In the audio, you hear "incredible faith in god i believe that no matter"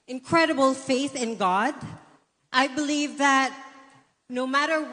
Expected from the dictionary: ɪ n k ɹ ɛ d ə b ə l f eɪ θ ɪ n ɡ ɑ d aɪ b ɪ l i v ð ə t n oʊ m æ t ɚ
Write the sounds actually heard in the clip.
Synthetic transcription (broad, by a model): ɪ n k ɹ ɛ d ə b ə l f eɪ θ ɪ n ɡ ɑ d aɪ b ɪ l i v ð ə t n oʊ m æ t ɚ